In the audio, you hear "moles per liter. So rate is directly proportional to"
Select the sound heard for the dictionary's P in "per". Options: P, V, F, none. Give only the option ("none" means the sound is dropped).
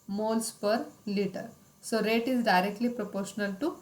P